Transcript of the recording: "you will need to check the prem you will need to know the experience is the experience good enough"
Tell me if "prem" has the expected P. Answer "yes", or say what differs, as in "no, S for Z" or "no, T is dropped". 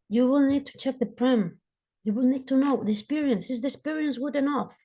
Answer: yes